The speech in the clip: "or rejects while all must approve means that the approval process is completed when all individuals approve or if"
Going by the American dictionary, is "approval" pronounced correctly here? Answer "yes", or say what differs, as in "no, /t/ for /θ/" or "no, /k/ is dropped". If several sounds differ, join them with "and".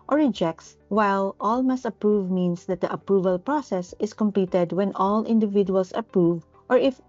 yes